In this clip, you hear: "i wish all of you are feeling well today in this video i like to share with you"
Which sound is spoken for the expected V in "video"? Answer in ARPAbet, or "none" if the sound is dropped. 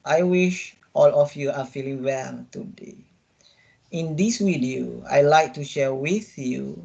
W